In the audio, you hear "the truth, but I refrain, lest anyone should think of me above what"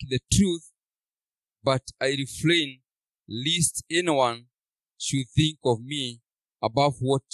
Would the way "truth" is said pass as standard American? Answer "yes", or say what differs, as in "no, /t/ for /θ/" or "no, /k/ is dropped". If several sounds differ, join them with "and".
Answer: yes